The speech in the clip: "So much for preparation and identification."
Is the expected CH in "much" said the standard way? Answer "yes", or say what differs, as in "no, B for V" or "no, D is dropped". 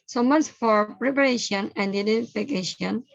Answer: no, S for CH